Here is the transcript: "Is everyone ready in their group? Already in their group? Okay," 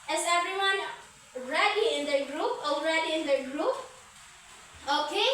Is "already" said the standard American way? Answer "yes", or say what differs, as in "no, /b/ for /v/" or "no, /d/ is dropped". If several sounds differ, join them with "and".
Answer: yes